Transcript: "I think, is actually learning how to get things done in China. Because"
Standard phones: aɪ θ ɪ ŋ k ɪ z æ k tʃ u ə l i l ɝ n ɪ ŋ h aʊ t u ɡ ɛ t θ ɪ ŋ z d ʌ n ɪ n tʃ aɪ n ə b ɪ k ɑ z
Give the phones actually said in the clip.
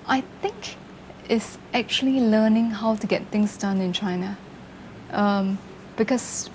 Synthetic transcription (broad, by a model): aɪ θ ɪ ŋ k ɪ s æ k tʃ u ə l i l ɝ n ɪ ŋ h aʊ t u ɡ ɛ t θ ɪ ŋ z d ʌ n ɪ n tʃ aɪ n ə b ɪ k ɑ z